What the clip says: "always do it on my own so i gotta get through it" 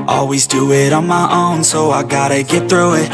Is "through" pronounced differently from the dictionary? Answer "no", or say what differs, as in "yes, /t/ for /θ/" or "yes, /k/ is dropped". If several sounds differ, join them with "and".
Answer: no